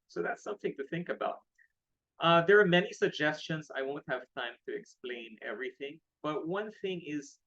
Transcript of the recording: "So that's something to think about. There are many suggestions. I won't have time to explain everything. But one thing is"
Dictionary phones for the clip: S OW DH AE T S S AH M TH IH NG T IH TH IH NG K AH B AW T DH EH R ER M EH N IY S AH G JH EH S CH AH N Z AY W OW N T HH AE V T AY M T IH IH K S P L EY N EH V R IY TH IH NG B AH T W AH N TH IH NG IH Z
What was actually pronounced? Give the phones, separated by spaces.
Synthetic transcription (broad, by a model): S OW DH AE T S S AH M TH IH NG T IH TH IH NG K AH B AW T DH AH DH ER M EH N IY S AH G JH EH S CH AH N Z AY W OW N T HH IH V T AY M T IH IH K S P L EY N EH V R IY TH IH NG B AH T W AH N TH IH NG IH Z